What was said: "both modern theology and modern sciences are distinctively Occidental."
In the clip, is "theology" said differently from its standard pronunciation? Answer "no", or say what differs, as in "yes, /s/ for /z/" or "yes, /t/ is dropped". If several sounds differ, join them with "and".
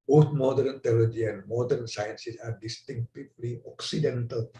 yes, /t/ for /θ/